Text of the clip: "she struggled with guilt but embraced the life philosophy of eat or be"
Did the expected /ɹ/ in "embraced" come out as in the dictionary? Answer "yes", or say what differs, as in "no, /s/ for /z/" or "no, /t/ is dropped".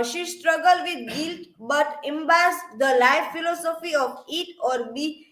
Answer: no, /ɹ/ is dropped